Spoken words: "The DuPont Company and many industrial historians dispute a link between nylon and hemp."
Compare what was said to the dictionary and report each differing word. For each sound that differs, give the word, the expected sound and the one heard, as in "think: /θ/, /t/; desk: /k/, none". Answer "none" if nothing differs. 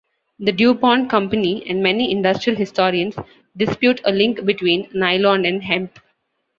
historians: /z/, /s/